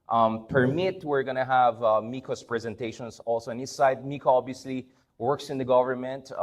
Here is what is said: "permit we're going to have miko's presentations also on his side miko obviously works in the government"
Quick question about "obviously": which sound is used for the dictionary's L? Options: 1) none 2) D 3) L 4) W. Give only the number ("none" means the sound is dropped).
3